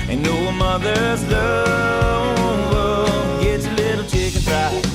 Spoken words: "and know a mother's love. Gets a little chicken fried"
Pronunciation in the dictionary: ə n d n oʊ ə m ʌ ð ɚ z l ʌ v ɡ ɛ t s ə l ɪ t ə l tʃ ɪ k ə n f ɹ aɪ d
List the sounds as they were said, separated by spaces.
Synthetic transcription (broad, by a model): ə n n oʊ ə m ʌ ð ɚ z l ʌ w ɡ ɛ t s ə l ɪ t l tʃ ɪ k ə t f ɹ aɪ